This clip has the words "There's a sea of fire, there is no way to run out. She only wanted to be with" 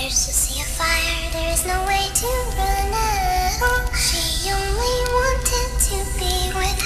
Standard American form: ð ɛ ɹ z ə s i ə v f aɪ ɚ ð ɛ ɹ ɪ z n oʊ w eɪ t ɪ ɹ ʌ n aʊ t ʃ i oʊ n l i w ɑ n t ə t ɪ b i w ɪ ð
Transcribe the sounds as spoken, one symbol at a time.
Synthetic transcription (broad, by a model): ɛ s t ə s i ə f aɪ ɚ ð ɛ ɹ ɪ z n oʊ w eɪ t ɪ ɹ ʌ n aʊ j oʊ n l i w ɑ n t ə t ɪ b i w ɪ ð